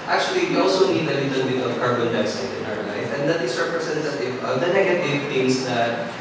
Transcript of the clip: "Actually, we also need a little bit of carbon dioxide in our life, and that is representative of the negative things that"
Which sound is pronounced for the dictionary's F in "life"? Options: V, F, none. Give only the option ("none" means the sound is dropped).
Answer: F